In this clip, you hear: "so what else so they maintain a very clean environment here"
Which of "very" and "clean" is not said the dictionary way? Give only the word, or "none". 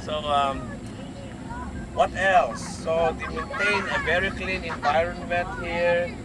none